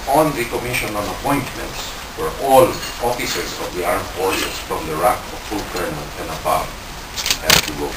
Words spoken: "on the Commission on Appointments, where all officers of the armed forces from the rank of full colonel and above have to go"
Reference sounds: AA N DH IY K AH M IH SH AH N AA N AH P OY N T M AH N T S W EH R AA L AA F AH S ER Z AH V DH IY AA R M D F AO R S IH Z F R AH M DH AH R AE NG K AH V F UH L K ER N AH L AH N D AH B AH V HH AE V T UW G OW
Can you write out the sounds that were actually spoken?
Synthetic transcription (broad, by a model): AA N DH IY K AH M IH SH AH N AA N AH P OY N T M AH N T S W EH R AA L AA F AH S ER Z AH V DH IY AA R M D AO R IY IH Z F R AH M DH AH R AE K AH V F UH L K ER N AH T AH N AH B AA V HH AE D T UW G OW